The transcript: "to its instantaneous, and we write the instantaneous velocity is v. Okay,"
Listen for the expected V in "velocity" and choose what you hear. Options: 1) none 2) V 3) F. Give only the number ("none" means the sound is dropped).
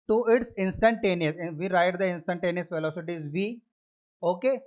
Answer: 3